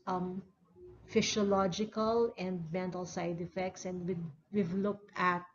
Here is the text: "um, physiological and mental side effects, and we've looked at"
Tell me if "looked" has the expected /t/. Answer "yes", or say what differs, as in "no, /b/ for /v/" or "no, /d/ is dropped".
yes